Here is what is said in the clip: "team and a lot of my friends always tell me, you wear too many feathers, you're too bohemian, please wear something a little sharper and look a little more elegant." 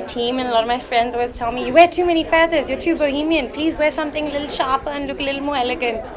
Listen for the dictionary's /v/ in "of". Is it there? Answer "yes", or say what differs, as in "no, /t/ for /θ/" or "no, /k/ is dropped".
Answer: yes